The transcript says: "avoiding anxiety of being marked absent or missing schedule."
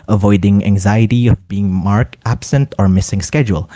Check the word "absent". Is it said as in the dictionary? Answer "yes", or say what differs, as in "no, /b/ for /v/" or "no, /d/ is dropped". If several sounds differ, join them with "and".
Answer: yes